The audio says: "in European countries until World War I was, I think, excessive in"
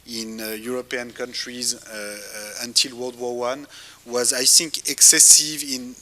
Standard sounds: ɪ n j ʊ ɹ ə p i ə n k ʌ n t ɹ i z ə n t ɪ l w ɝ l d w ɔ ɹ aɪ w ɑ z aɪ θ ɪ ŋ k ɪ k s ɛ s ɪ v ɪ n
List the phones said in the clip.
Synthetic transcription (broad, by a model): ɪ n j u ɹ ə p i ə n k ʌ n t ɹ i z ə n t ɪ l w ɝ l d w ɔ w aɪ w ɑ z aɪ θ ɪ ŋ k ɪ k s ɛ s ɪ v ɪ n